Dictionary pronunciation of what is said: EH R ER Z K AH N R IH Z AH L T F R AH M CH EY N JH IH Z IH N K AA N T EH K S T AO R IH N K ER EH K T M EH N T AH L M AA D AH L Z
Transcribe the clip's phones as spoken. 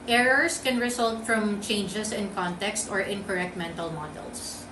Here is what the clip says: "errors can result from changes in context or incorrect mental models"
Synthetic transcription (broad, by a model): EH R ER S K AH N R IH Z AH L T F R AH M CH EY N JH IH S IH N K AA N T EH K S T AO R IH N K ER EH K T M EH N T AH L M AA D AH L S